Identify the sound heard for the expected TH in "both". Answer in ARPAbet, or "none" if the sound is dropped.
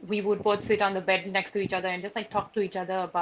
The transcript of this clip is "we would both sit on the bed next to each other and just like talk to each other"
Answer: T